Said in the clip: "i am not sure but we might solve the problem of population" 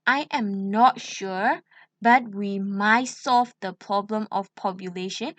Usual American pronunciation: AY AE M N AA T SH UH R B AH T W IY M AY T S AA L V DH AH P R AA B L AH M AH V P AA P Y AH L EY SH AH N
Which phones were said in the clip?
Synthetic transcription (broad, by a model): AY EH M N AA T SH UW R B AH T W IY M AY T S AA L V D AH P R AA B L AH M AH F P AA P Y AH L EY SH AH N